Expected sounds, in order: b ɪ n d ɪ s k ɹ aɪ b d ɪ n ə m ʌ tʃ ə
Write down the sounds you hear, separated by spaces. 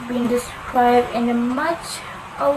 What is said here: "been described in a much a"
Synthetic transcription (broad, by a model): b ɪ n d ɪ s k ɹ aɪ b d ɪ n ə m ʌ tʃ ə